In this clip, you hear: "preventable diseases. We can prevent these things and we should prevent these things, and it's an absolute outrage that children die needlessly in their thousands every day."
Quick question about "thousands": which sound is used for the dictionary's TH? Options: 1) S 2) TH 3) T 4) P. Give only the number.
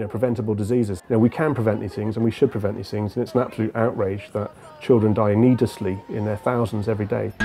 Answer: 2